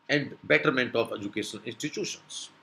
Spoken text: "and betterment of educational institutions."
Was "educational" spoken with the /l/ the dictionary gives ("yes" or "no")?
no